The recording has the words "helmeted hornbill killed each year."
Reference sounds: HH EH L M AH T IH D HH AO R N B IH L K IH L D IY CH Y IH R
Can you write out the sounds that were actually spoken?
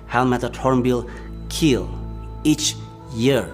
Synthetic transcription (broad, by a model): HH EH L M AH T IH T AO R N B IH L K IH L IY CH Y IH R